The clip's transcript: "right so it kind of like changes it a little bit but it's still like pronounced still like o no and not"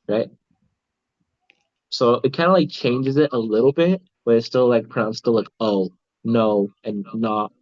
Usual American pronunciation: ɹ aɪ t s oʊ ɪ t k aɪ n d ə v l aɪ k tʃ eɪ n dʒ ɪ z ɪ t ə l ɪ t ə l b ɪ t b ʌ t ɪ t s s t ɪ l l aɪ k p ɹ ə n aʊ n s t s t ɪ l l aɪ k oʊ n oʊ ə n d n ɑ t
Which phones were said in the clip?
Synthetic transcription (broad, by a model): ɹ aɪ t s oʊ ɪ t k aɪ n d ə l aɪ k tʃ eɪ n dʒ ɪ z ɪ t ə l ɪ t l b ɪ t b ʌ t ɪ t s s t ɪ l l aɪ k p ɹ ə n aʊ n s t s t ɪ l l aɪ k oʊ n oʊ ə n n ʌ t